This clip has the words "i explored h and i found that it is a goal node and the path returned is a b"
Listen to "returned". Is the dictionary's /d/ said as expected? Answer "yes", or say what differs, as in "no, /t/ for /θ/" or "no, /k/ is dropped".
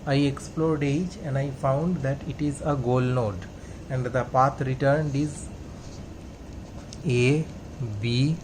yes